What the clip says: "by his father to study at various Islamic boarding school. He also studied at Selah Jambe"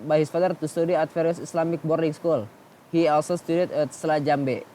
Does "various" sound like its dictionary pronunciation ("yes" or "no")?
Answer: no